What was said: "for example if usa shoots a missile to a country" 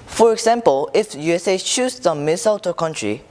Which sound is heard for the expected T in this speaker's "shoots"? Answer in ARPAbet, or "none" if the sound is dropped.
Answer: S